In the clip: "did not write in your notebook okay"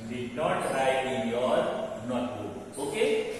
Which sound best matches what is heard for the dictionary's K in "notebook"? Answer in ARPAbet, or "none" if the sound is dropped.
none